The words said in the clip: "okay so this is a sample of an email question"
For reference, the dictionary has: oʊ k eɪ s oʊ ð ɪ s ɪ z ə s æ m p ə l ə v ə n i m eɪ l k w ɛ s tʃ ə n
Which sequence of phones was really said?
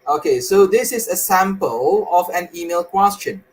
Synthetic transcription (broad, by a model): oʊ k eɪ s oʊ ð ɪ s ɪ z ə s æ m p ə l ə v ə n i m eɪ l k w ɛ s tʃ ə n